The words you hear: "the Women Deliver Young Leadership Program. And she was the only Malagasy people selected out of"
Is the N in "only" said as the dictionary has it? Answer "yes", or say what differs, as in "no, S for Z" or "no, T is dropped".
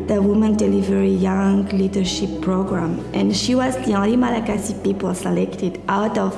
no, N is dropped